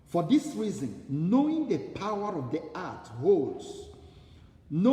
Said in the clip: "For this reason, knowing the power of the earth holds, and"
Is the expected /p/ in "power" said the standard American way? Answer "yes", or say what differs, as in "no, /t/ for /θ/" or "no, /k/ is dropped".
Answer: yes